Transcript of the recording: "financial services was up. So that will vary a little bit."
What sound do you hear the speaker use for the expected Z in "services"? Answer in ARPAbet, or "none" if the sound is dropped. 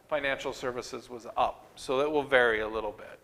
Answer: Z